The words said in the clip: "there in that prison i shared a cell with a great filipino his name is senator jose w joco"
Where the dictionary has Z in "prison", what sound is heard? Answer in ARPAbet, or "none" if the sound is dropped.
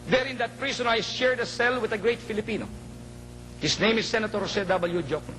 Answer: S